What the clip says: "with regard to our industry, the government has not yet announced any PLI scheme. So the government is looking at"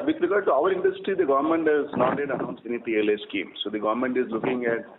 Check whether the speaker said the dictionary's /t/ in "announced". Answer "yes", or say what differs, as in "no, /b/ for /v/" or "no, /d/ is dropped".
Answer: no, /t/ is dropped